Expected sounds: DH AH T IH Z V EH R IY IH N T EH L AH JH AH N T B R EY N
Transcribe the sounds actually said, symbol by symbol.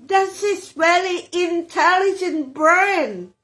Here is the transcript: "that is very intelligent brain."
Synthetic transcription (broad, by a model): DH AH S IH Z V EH L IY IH N T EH L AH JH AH N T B R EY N